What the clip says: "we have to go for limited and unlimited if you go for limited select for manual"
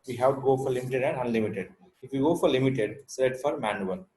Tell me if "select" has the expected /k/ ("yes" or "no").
no